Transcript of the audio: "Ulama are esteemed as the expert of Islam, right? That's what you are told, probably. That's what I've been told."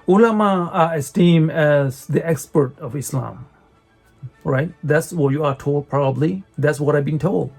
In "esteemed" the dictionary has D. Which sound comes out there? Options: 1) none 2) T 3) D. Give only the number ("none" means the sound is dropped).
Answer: 1